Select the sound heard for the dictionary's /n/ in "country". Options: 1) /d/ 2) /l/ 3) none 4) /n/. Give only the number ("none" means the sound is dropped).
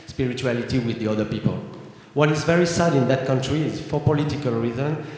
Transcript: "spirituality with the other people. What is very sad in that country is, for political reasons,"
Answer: 4